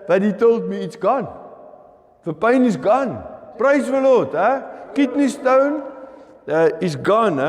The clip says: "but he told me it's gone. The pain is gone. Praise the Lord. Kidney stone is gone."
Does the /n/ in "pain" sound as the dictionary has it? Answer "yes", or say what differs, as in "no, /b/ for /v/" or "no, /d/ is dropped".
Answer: yes